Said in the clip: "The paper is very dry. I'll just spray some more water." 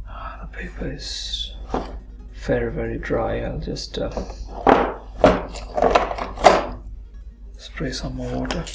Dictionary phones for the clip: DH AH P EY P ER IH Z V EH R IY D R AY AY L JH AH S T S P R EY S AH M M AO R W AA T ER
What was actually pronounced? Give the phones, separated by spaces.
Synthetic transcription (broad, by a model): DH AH P EY P ER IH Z V EH R IY D R AY AY L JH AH S T S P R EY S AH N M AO W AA T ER